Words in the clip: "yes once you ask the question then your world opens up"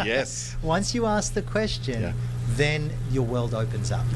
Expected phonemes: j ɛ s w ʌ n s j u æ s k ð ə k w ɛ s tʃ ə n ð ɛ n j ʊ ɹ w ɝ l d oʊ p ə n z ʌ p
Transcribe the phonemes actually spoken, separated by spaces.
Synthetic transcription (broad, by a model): j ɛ s w ʌ n s j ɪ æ s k ð ə k w ɛ s tʃ ə n ð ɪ n j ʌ ɹ w ɝ l d oʊ p ə n z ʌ p